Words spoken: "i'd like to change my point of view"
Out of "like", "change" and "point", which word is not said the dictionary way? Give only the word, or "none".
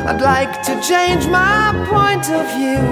none